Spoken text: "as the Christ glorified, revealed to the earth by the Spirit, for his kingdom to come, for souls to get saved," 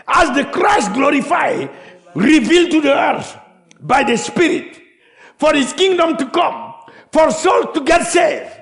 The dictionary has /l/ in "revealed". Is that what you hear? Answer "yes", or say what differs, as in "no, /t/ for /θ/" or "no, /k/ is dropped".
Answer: yes